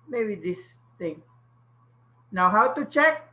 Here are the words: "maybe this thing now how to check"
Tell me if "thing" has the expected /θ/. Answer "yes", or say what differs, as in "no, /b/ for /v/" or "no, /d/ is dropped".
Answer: no, /t/ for /θ/